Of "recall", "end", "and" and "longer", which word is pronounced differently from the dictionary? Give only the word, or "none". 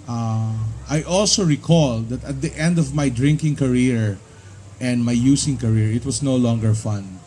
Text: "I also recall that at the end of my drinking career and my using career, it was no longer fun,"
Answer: none